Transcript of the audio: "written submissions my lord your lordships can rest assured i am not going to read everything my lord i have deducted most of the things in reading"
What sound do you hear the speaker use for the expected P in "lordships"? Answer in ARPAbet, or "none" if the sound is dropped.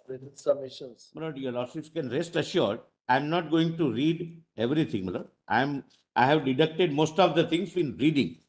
none